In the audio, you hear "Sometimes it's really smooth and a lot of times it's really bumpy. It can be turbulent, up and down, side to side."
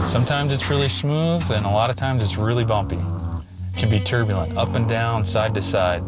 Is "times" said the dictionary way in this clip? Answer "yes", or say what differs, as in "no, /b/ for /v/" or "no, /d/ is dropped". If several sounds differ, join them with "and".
yes